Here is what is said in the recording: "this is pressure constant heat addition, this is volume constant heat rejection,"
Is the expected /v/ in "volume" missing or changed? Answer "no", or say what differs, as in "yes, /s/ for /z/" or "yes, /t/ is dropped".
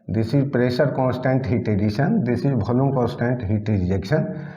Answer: yes, /b/ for /v/